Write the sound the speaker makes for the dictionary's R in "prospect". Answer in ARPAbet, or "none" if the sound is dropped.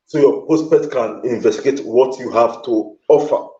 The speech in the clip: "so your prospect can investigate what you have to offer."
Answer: none